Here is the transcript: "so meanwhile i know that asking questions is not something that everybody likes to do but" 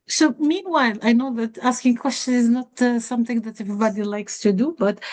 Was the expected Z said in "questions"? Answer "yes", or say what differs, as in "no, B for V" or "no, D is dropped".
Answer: no, Z is dropped